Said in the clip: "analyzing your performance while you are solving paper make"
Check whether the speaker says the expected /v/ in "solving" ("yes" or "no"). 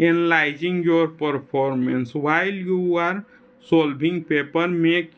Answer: no